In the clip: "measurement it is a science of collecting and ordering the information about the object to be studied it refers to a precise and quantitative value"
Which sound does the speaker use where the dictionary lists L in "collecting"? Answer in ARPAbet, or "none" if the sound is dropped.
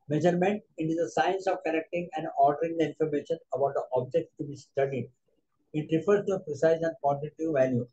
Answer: N